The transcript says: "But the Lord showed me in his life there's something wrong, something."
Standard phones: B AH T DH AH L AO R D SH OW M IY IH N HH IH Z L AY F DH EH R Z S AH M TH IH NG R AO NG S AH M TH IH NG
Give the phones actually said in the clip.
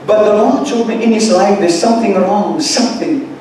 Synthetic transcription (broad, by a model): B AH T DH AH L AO L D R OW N IH N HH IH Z L AY F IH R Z S AH M TH IH NG R AO NG S AH M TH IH NG